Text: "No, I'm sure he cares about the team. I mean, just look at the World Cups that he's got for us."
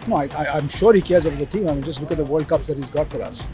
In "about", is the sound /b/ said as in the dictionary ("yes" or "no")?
no